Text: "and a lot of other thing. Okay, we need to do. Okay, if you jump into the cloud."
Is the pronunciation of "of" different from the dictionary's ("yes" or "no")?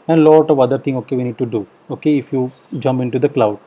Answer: no